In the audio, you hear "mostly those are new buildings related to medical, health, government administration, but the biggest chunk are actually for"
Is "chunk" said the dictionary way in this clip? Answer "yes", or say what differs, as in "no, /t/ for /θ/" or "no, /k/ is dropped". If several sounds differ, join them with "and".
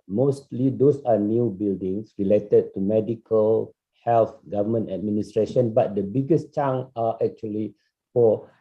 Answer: no, /k/ is dropped